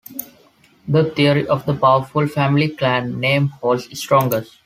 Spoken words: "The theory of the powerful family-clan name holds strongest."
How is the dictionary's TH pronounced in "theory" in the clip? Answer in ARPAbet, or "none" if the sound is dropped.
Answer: T